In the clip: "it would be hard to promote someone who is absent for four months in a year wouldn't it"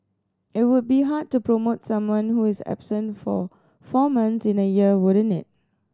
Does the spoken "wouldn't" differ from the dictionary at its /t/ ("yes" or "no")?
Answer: yes